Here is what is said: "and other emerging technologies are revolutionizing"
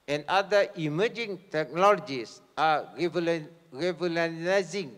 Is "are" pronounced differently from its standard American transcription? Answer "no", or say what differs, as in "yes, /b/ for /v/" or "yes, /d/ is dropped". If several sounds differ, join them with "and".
yes, /l/ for /ɹ/